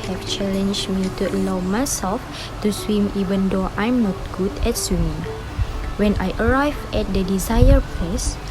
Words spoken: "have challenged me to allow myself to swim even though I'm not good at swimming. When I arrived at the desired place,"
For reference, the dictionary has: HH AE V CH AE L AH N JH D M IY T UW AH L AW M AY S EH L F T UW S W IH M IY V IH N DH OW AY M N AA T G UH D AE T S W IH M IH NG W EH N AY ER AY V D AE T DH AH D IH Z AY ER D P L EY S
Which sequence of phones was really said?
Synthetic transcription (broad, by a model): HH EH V CH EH L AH N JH M IY T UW AH L AW M AY S EH L F T UW S W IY M IY V IH N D OW AY M N AA T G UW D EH T S W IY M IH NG W EH N AY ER AY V EH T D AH D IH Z AY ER P L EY S